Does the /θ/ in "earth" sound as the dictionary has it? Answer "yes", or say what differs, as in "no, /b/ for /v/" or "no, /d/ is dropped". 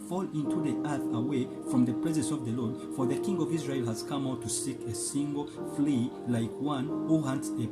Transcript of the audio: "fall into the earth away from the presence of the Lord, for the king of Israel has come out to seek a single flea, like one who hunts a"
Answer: yes